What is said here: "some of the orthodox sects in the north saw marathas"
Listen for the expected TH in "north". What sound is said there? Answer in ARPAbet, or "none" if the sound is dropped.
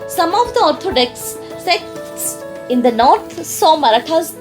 T